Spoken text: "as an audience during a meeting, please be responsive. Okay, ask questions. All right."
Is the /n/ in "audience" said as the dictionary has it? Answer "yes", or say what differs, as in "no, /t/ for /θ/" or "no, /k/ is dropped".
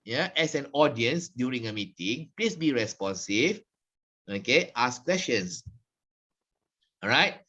yes